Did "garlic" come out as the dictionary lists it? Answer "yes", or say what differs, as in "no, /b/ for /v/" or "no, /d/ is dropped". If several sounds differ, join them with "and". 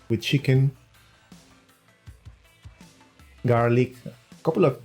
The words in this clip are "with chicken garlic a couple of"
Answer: yes